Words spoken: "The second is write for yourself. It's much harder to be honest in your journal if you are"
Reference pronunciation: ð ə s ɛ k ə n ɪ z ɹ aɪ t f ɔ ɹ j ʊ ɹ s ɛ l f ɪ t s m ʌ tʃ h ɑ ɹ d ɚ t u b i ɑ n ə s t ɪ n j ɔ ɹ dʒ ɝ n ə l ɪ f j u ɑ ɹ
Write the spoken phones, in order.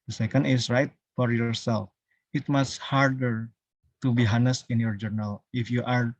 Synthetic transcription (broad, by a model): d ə s ɛ k ə n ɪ s ɹ aɪ t f ɔ ɹ j ʊ ɹ s ɛ l f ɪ t m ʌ s h ɑ ɹ d ɚ t u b i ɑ n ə s ɪ n j ɔ ɹ dʒ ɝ n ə l ɪ f j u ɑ ɹ